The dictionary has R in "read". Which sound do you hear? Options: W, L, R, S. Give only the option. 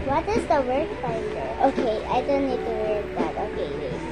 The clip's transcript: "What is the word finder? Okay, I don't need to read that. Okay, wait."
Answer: W